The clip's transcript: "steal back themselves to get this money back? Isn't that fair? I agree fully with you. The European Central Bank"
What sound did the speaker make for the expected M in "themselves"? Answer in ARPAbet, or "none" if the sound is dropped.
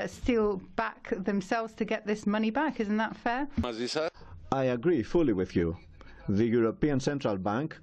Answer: M